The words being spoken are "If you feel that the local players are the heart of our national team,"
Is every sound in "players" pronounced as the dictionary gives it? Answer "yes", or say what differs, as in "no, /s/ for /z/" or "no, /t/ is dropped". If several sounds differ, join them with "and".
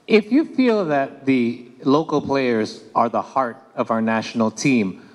yes